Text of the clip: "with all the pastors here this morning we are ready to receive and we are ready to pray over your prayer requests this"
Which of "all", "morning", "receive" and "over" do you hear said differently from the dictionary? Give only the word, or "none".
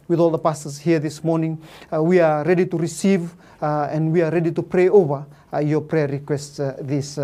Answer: none